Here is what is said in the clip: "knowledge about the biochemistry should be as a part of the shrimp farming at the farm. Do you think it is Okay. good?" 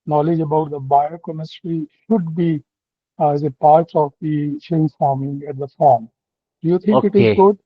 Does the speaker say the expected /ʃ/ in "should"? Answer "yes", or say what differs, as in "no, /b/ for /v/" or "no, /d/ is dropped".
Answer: yes